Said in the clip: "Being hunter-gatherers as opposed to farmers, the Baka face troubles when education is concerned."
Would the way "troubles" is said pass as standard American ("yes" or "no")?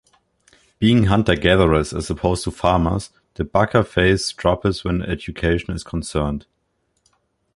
no